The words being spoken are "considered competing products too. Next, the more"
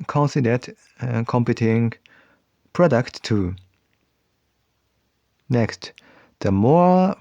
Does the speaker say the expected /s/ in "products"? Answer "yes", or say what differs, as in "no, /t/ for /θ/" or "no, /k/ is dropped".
no, /s/ is dropped